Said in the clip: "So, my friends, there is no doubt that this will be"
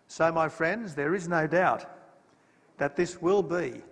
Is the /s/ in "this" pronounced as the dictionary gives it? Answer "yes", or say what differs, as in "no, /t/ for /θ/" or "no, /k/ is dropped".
yes